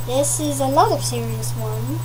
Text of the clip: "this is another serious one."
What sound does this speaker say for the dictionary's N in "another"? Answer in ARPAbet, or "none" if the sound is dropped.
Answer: L